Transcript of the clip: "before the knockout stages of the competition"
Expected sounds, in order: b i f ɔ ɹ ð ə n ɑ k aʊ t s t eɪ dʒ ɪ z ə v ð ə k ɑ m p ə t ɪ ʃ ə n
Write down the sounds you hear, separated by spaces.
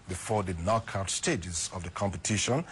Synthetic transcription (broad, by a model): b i f ɔ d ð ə n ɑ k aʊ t s t eɪ dʒ ɪ z ə v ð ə k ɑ m p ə t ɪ ʃ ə n